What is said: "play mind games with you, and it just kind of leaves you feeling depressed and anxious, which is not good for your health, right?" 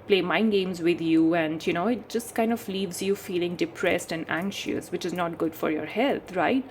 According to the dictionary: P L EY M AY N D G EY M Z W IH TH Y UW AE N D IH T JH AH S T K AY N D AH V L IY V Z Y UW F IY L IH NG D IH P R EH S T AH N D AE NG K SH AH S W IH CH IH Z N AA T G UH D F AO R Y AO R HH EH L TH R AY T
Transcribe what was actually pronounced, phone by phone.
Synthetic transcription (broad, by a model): P L EY M AY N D G EY M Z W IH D Y UW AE N D IH T JH AH S T K AY N D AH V L IY V Z Y UW F IY L IH NG D IH P R EH S T AH N D AE NG K SH AH S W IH CH IH Z N AA T G UH D F AO R Y AO R HH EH L T R AY T